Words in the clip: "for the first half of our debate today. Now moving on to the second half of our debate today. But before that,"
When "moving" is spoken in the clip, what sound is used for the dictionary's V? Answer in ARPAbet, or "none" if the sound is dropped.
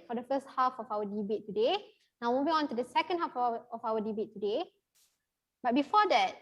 B